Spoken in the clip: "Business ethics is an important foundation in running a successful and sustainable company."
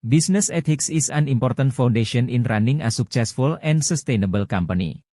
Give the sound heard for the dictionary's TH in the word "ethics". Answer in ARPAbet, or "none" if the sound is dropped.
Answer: T